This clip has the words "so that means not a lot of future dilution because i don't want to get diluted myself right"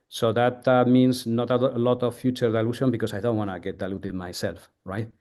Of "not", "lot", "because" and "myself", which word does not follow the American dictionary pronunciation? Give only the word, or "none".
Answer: because